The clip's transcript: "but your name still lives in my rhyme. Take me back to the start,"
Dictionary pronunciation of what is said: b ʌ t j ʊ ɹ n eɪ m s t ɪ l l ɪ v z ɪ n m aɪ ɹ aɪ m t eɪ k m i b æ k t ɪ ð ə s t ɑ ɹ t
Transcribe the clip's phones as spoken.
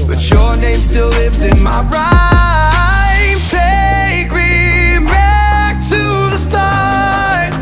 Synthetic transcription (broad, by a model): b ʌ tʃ j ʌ ɹ n eɪ m s t ɪ l l ɪ v z ɪ n m aɪ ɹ aɪ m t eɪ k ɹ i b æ k t ɪ ð ə s t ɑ